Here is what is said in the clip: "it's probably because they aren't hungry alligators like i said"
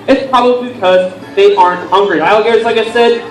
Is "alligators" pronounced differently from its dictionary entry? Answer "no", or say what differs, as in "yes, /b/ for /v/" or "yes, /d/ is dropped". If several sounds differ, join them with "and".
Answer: yes, /l/ is dropped